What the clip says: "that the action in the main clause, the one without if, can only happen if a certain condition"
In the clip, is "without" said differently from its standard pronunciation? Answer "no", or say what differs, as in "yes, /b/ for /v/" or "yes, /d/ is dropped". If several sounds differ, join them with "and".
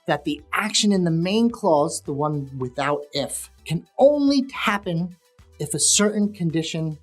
no